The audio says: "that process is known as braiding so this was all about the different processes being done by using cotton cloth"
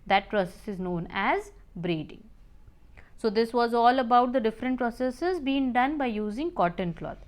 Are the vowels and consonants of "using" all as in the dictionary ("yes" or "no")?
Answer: yes